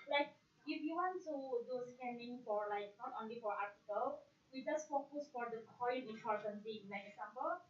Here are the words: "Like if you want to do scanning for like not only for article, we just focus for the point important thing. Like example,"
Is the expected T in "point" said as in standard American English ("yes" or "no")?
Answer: no